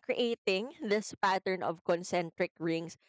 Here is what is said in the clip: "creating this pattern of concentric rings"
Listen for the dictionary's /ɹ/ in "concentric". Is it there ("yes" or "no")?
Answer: yes